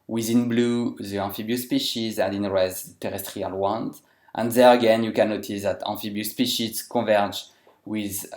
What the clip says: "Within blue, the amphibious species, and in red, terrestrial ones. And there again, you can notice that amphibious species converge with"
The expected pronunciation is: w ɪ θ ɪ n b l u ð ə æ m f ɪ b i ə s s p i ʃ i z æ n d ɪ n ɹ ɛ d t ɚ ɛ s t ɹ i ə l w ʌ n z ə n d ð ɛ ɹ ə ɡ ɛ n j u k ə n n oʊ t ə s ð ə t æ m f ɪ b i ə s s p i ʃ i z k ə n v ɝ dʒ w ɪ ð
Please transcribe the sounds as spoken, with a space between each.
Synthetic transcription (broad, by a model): w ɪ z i n b l u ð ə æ f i b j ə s s p i ʃ i z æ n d ɪ n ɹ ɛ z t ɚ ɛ s t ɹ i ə l w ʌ n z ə n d ð ɛ ɹ ə ɡ ɛ n j u k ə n n oʊ t ə s ð ə t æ f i b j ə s s p i ʃ i z k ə v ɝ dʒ w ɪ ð